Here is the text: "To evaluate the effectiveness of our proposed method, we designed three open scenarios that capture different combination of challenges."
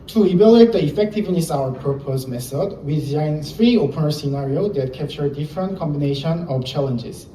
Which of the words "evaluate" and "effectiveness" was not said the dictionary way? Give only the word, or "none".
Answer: evaluate